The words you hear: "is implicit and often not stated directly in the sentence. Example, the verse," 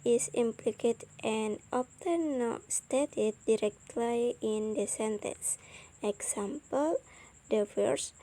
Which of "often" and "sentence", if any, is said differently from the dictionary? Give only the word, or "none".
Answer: often